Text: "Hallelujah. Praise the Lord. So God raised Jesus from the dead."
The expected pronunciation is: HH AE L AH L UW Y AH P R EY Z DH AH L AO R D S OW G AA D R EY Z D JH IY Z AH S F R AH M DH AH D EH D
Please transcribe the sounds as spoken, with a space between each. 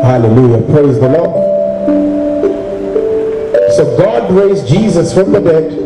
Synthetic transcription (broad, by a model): HH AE L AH L UW Y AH P R EY Z DH AH L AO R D S OW G AA D R EY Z JH IY Z AH S F R AH M DH AH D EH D